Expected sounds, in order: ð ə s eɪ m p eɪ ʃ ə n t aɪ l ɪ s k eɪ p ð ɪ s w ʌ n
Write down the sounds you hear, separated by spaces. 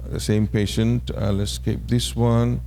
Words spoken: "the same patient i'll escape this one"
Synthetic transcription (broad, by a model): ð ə s eɪ m p eɪ ʃ ə n t aɪ l ɪ s k eɪ p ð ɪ s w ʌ n